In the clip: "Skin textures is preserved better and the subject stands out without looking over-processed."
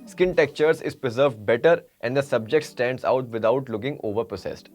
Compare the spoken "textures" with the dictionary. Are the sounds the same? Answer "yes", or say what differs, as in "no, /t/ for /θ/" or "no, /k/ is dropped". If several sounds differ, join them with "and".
no, /s/ is dropped